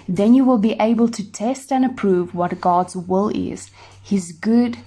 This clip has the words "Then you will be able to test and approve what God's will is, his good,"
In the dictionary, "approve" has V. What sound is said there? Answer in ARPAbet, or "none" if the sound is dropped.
V